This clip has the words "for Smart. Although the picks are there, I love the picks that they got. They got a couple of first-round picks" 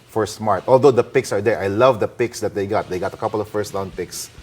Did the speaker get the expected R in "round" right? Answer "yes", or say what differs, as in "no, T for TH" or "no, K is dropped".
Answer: no, L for R